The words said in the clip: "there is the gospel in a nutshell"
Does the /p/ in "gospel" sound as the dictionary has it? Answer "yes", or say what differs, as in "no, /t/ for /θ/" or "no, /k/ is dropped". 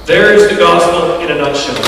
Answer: yes